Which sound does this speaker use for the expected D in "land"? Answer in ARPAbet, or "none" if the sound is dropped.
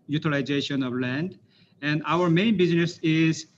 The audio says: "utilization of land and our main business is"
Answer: D